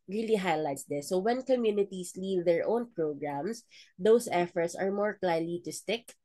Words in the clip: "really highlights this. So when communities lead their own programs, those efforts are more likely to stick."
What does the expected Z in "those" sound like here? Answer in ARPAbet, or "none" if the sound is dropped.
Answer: S